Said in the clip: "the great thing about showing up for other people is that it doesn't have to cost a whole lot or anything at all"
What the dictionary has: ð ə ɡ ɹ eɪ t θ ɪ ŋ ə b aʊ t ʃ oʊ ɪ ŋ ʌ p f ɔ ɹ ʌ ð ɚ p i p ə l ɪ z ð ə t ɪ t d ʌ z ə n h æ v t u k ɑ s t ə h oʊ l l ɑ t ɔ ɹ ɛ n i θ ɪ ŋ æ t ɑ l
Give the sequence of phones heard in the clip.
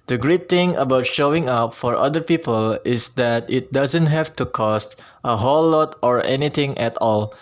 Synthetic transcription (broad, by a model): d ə ɡ ɹ eɪ t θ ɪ ŋ ə b aʊ t ʃ oʊ ɪ ŋ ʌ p f ɔ ɹ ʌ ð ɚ p i p ə l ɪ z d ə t ɪ t d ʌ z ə n h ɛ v t u k ɑ s t ə h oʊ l l ɑ t ɔ ɹ ɛ n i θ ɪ ŋ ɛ t ɑ l